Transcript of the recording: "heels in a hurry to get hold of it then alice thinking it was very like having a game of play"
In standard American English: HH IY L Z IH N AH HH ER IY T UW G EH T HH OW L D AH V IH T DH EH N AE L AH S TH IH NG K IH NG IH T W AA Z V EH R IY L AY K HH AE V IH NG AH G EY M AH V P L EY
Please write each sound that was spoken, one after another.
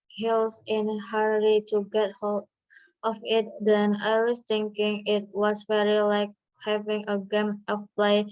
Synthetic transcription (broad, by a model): HH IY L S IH N AH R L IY T UW G EH T HH OW L D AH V IH T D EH N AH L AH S T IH NG K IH NG IH T W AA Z V EH R IY L AY K HH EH V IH NG AH G EY M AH F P L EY